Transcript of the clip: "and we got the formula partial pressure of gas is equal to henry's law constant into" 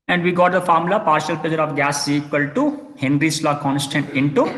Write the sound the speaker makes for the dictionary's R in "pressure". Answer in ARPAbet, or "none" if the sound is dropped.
none